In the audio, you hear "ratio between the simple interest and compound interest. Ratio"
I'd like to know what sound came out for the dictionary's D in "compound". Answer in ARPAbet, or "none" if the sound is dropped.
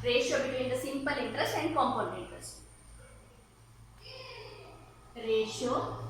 none